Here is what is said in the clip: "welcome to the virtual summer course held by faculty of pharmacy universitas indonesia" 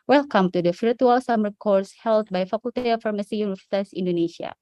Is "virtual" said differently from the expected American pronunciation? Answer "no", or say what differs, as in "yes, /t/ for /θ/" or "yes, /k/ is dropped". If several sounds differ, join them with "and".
yes, /f/ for /v/